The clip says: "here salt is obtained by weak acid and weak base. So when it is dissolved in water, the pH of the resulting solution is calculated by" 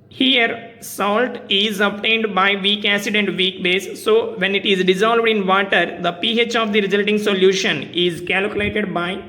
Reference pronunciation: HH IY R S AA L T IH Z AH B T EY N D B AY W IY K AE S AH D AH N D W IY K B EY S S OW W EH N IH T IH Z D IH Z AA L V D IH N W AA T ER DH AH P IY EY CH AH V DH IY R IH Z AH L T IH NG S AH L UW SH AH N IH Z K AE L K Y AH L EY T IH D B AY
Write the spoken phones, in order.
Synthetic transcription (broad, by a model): HH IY R S AA L T IH Z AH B T EY N D B AY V IY K AE S AH D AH N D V IY K B EY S S OW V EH N IH T IH Z D IH Z AA L V D IH N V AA T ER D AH P IY EY CH AH V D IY R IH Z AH L T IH NG S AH L UW SH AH N IH Z K AE L K Y AH L EY T IH D B AY